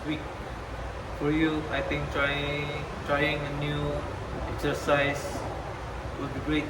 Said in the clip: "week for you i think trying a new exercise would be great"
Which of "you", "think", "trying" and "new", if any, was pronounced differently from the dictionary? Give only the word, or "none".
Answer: think